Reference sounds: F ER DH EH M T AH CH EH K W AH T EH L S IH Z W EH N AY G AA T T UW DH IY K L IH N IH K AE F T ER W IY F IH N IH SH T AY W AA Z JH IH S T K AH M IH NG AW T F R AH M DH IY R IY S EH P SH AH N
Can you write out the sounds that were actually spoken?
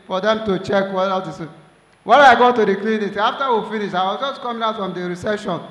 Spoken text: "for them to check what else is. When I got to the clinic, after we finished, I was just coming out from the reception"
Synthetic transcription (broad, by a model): F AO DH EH M T AH CH EH K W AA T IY S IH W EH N AY G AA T T UW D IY K L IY N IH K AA F T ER W IY F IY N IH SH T AY W AA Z JH IH S T K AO M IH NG AW T F R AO M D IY R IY S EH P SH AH N